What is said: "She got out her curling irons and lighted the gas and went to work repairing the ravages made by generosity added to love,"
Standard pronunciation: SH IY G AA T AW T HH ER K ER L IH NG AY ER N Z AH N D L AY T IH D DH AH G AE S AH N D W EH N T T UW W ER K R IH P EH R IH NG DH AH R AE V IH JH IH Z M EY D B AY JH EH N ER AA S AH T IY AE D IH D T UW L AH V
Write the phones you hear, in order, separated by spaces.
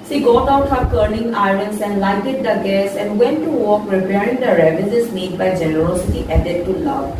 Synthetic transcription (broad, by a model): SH IY G AA T AW T HH ER K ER N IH NG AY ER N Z AH N D L AY T IH D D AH G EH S AH N D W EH N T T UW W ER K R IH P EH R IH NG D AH R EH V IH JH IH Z M EY D B AY JH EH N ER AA S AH T IY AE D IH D T UW L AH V